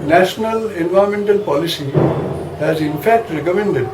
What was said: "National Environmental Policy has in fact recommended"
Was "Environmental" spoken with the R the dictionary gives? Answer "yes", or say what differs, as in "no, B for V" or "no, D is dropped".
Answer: no, R is dropped